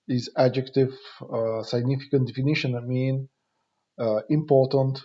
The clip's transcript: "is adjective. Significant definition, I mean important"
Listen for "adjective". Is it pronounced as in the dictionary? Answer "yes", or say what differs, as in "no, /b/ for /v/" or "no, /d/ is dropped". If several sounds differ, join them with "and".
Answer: yes